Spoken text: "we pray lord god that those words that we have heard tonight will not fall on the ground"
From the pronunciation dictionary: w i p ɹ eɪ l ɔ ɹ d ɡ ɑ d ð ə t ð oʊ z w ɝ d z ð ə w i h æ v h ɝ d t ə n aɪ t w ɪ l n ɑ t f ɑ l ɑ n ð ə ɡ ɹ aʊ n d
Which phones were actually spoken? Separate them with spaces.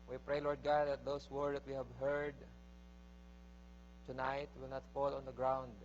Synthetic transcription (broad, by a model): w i p ɹ eɪ l ɔ ɹ d ɡ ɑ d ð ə t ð oʊ s w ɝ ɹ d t w i h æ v h ɝ d t ə n aɪ t w ɪ l n ɑ t f ɑ l ɑ n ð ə ɡ ɹ aʊ n d